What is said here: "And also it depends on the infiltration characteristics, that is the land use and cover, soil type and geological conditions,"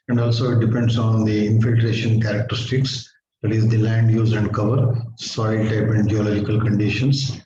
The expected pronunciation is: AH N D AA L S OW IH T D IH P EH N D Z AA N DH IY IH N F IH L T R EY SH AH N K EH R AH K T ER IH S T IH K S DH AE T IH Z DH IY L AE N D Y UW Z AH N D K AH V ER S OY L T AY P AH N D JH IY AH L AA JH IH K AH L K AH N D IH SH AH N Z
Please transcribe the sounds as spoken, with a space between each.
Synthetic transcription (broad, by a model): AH N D AA L S OW IH T D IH P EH N D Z AA N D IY IH N F IH L T R EY SH AH N K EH R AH K T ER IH S T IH K S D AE T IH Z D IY L AE N D Y UW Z AH N D K AH V ER S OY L T AY P AH N D JH IY AH L AA JH IH K AH L K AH N D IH SH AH N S